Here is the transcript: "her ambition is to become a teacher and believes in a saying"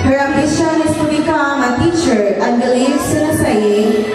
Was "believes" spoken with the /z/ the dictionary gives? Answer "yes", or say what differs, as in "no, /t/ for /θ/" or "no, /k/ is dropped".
no, /s/ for /z/